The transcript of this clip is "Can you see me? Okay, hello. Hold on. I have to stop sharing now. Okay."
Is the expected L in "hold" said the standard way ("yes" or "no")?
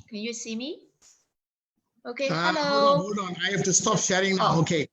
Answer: no